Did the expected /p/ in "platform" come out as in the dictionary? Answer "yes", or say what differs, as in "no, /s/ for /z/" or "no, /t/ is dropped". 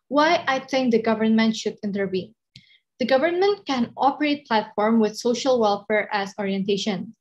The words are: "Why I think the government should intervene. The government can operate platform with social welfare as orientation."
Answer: yes